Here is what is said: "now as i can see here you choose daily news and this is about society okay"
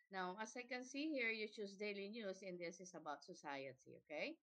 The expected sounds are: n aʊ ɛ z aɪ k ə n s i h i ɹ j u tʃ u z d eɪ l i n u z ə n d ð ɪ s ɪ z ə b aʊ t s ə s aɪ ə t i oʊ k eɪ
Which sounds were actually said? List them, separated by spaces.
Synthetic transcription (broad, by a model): n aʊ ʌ s aɪ k ə n s i h i ɹ j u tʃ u s d eɪ l i n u s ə n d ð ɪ s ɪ s ə b aʊ t s ə s aɪ ə t i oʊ k eɪ